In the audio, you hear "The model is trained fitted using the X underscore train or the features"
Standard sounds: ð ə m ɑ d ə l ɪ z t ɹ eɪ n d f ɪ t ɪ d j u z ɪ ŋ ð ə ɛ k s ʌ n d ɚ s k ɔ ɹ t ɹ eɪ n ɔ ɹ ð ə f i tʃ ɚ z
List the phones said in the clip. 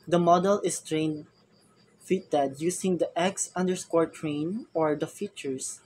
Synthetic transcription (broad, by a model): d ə m ɑ d ə l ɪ s t ɹ eɪ n d f ɪ t ɪ d j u s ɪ ŋ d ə ɛ k s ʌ n d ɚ s k ɔ ɹ t ɹ eɪ n ɔ ɹ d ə f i tʃ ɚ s